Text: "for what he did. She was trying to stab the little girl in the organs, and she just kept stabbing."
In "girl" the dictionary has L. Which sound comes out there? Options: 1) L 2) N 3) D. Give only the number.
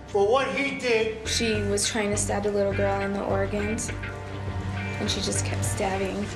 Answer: 1